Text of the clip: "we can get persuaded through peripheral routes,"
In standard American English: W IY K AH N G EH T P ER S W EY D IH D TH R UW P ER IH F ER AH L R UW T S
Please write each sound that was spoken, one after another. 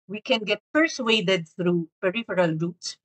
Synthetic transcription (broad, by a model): W IY K AH N G EH T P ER S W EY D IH D TH R UW P ER IH F ER AH L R UW T S